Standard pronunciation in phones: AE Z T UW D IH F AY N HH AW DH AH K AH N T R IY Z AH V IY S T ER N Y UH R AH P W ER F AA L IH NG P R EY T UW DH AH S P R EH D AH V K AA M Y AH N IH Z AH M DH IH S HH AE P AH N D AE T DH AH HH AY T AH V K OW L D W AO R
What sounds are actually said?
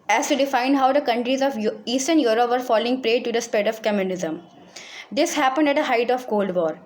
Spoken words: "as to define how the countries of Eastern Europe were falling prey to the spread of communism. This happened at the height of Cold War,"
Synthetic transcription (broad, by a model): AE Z T UW D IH F AY N HH AW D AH K AH N T R IY Z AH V IY S T ER N Y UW R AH P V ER F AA L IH NG P R EY T UW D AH S P EH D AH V K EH M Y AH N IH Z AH M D IH S HH AE P AH N D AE T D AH HH AY T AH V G OW L D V AO R